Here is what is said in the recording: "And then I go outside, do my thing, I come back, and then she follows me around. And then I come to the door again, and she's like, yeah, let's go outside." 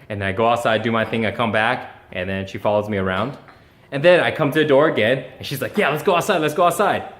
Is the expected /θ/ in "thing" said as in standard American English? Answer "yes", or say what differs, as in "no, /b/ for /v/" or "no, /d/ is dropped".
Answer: yes